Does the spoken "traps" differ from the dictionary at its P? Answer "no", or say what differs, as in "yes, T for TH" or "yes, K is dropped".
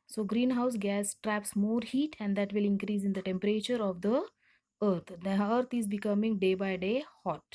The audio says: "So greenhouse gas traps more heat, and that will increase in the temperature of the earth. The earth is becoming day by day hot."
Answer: no